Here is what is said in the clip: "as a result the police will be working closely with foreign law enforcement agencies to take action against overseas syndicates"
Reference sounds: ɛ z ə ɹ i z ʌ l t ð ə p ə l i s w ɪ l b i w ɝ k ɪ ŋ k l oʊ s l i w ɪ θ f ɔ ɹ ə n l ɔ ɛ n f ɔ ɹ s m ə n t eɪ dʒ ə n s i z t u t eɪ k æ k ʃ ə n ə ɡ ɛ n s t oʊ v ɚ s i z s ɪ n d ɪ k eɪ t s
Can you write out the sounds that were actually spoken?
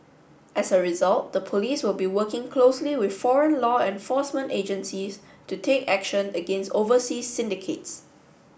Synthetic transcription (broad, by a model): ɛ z ə ɹ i z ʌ l t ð ə p ə l i s w ɪ l b i w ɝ k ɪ ŋ k l oʊ s l i w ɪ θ f ɔ ɹ ə n l ɔ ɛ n f ɔ s m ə n t eɪ dʒ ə n s i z t u t eɪ k æ k ʃ ə n ə ɡ ɛ n s t oʊ v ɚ s i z s ɪ n d ɪ k eɪ t s